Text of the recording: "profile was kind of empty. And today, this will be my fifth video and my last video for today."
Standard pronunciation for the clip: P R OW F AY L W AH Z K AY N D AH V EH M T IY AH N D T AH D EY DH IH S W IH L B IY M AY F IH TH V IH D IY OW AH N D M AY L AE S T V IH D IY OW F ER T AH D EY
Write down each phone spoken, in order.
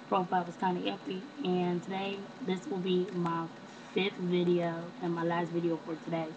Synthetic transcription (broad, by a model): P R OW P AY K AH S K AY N AH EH T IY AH N T AH D EY DH IH S W IH L B IY M AY F IH TH V IH D IY OW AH N M AY L AE S T V IH D IY OW F ER T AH D EY